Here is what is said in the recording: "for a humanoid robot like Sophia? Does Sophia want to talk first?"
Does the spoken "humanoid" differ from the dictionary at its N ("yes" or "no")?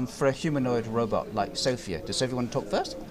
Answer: no